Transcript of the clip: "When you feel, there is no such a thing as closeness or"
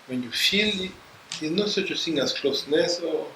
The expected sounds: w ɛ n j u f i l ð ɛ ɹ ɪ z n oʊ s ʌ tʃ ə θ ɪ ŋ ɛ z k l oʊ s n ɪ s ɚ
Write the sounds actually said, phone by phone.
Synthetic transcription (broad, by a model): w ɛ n j u f i l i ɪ n oʊ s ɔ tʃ ə s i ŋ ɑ s k l oʊ s n ɪ s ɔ